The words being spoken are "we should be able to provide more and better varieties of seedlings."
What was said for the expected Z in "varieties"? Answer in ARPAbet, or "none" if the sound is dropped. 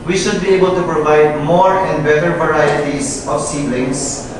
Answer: S